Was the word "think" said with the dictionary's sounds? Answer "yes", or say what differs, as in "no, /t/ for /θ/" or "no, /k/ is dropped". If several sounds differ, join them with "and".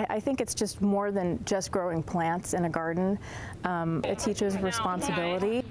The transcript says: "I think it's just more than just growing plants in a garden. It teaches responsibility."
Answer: yes